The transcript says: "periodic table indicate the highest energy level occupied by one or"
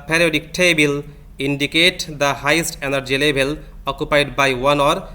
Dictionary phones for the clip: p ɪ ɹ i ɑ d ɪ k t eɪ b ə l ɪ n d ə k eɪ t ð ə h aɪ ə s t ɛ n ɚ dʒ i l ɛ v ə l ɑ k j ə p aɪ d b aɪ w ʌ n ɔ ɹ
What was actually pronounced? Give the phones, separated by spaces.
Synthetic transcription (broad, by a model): p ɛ ɹ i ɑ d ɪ k t eɪ b ə l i n d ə k eɪ t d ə h aɪ ə s t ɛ n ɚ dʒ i l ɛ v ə l ɑ k j ə p aɪ d b aɪ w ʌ n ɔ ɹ